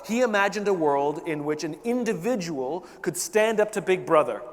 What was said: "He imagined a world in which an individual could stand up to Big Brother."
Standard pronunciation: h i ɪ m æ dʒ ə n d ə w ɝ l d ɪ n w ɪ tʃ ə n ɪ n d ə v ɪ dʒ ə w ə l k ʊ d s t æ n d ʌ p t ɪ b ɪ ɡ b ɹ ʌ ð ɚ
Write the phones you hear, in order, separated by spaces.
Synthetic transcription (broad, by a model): h i ɪ m æ dʒ ə n d ə w ɝ l d ɪ n w ɪ tʃ ə n ɪ n d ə v ɪ dʒ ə w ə l k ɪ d s t æ n d ʌ p t ɪ b ɪ ɡ b ɹ ʌ ð ɚ